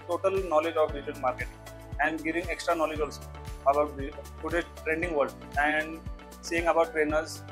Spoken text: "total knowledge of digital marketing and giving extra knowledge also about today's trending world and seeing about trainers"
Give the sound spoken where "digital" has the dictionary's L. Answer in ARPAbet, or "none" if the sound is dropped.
N